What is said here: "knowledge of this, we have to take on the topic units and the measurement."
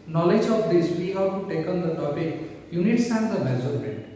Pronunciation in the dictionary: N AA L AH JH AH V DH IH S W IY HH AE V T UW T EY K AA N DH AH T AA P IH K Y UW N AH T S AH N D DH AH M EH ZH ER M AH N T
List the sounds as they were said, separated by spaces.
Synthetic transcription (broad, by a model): N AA L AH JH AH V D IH S W IY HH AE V T UW T EY K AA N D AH T AA P IH K Y UW N AH T S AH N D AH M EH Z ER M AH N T